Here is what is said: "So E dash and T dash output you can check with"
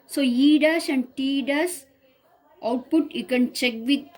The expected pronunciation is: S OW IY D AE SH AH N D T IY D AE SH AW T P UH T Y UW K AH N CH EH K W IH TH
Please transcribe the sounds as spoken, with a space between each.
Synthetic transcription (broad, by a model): S OW IY D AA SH AH N D T IY D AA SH AW T P UH T Y UW K AH N CH EH K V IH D